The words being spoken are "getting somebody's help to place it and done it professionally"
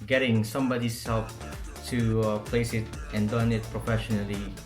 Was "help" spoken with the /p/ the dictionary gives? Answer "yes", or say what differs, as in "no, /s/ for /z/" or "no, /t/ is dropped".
no, /f/ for /p/